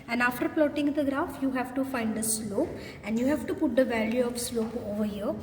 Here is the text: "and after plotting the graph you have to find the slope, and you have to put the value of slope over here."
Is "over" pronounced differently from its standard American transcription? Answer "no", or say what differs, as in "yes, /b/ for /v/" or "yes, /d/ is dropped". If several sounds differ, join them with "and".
no